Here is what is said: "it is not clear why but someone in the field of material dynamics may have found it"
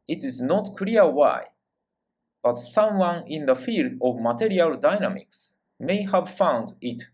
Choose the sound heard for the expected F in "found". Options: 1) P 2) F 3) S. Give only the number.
2